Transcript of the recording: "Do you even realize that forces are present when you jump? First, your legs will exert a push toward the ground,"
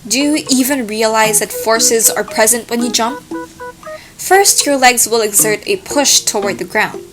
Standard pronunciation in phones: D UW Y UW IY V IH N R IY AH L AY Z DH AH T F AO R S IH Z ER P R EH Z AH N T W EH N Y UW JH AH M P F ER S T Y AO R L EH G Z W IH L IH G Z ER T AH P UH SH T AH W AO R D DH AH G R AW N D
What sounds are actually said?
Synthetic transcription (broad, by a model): D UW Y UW IY V IH N R IY AH L AY Z DH AH T F AO R S IH Z ER P R EH Z AH N T W EH N Y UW JH AH M P F ER S T Y AO R L EH G Z W IH L IH G Z ER T AH P UH SH T AH W AO R D DH AH G R AW N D